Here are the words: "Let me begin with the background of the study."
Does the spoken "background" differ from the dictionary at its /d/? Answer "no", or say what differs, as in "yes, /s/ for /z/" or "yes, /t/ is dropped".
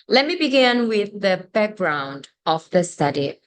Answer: no